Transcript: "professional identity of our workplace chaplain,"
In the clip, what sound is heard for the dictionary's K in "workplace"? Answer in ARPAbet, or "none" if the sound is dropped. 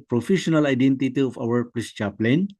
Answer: none